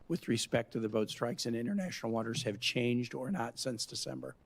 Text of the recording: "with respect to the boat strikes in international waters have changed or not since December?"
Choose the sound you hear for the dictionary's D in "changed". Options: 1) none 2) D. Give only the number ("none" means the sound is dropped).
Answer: 2